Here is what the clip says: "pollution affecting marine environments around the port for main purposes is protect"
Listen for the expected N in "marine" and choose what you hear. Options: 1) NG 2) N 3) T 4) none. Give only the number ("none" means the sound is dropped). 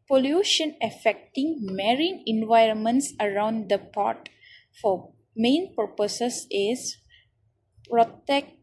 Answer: 2